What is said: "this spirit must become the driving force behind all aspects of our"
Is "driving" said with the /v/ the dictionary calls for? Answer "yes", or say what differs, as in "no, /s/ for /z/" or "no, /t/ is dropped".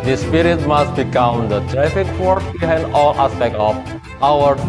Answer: no, /f/ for /v/